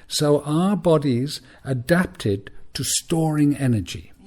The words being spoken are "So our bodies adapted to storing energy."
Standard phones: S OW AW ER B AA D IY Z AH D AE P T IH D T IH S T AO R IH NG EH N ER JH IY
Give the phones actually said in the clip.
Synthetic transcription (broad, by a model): S OW AW ER B AA D IY Z AH D AE P T IH D T IH S T AO R IH NG EH N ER JH IY